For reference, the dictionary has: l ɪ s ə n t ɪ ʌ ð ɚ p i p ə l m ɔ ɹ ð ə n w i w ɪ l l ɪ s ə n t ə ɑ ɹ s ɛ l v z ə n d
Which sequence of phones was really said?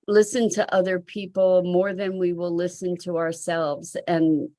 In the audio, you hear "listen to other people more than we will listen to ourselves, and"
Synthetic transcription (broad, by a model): l ɪ s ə n t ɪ ʌ ð ɚ p i p l m ɔ ɹ ð ə n w i w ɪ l l ɪ s ə n t ə ɑ ɹ s ɛ l v z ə n